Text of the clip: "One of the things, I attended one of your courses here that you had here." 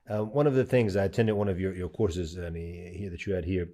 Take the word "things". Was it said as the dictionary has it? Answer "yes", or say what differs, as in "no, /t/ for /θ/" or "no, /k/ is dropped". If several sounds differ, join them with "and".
yes